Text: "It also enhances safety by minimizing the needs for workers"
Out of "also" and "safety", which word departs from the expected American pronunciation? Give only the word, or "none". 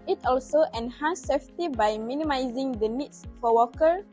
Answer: none